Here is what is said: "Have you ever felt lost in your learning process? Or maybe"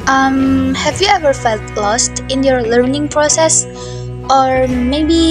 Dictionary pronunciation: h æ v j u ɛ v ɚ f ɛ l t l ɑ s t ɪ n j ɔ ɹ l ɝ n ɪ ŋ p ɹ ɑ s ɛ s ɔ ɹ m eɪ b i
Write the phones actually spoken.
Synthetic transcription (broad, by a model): h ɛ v j u ɛ v ɚ f ɛ l t l ɑ s t ɪ n j ɔ ɹ l ɝ n ɪ ŋ p ɹ ɑ s ɛ s ɔ ɹ m eɪ b i